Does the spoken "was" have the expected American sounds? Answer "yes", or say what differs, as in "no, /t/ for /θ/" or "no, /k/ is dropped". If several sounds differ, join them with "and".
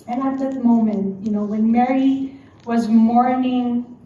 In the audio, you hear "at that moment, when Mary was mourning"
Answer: yes